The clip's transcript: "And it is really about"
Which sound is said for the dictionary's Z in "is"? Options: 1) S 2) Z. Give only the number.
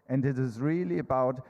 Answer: 2